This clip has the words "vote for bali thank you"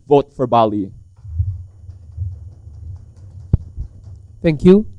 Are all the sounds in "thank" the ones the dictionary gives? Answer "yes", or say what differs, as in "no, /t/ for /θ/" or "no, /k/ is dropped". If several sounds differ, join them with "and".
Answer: yes